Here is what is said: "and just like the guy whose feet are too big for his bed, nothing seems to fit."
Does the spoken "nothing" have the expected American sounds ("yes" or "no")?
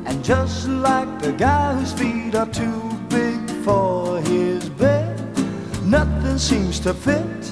yes